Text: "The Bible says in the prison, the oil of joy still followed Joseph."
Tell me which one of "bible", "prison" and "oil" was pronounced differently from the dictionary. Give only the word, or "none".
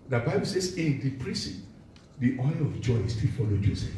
prison